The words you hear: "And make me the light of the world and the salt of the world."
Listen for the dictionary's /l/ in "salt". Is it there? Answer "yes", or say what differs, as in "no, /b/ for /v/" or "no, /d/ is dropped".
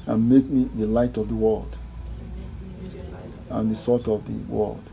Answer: no, /l/ is dropped